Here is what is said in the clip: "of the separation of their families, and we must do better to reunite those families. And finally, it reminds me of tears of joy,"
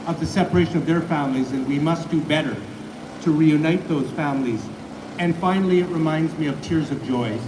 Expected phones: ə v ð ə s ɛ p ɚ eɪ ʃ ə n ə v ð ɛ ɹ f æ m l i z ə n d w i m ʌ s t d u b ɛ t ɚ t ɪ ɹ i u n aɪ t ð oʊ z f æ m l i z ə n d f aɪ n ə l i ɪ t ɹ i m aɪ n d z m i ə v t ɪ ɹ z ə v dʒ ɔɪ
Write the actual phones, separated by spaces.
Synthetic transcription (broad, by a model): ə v ð ə s ɛ p ɚ eɪ ʃ ə n ə v ð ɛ ɹ f æ m l i z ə n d w i m ʌ s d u b ɛ t ɚ t ɪ ɹ i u n aɪ t ð oʊ z f æ m l i z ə n f aɪ n l i ɪ t ɹ i m aɪ n d z m i ə v t ɪ ɹ z ə v dʒ ɔɪ